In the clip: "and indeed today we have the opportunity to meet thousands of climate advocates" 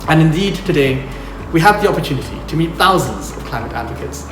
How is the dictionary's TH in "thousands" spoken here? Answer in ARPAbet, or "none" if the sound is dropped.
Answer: TH